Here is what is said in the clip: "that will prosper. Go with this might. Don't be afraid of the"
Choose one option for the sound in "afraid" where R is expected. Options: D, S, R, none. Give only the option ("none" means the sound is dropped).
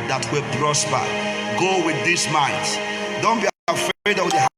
none